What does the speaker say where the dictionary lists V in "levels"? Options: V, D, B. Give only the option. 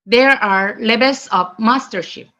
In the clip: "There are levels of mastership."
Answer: B